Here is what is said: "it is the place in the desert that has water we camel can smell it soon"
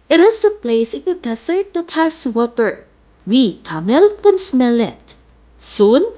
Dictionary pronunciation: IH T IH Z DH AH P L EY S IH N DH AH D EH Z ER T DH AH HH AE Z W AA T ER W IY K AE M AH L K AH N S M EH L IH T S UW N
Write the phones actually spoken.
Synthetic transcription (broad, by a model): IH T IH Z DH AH P L EY S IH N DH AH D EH S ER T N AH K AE S W AA T ER W IY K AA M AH L K AH N S M EH L IH T S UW N